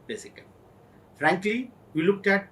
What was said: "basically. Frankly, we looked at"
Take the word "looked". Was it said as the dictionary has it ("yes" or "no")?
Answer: yes